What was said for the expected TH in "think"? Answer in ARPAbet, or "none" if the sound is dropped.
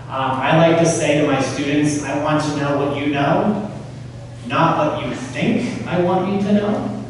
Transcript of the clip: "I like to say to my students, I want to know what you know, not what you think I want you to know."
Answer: TH